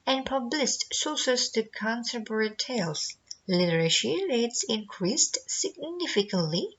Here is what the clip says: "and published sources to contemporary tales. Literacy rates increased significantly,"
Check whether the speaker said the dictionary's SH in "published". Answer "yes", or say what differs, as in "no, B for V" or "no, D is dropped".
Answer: no, S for SH